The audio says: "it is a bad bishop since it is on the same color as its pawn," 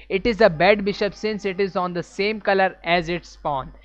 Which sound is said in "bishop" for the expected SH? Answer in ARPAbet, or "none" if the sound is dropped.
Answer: SH